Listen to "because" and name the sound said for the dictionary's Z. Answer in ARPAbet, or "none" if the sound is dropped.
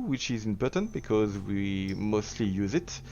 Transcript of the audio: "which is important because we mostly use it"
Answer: Z